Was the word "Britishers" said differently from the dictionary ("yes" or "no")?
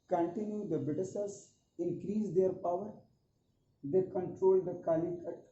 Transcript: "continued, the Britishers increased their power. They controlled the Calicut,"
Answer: yes